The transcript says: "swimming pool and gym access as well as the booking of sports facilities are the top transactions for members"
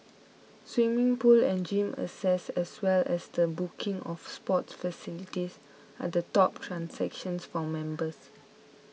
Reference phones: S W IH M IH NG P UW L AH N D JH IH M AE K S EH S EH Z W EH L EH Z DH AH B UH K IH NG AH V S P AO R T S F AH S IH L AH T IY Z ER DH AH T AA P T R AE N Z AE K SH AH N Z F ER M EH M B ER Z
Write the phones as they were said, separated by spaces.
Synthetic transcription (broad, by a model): S W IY M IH NG P UW L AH N JH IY M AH S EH S EH S W EH L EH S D AH B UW K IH NG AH F S P AO T S F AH S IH L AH T IY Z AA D AH T AA P T R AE N S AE K SH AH N S F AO M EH M B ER S